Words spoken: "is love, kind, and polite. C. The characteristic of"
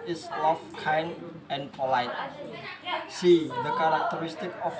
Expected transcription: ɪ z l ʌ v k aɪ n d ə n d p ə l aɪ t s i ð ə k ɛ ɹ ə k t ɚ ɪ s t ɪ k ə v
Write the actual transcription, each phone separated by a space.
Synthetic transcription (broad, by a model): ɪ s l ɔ f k aɪ n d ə n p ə l aɪ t s i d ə k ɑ ɹ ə k t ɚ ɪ s t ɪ k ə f